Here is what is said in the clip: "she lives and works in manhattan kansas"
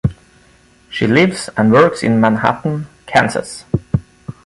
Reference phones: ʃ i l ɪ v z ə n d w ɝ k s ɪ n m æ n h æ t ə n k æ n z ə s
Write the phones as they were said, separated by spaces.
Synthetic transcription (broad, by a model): ʃ i l ɪ v z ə n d w ɝ k s ɪ n m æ n h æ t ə n k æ n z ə s